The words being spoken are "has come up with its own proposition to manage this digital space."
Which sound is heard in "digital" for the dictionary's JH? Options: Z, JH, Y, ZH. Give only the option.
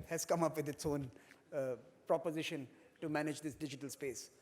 JH